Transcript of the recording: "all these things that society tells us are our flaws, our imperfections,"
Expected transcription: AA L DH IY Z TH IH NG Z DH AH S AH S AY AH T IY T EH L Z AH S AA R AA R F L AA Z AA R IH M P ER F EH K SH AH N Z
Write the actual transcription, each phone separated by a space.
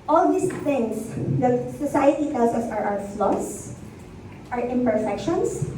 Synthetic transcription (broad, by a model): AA L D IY S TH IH NG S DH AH S AH S AY AH T IY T EH L S AH S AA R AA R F L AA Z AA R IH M P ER F EH K SH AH N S